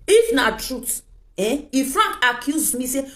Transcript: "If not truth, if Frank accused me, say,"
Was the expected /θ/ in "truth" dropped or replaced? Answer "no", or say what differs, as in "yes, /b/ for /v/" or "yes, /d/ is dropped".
yes, /t/ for /θ/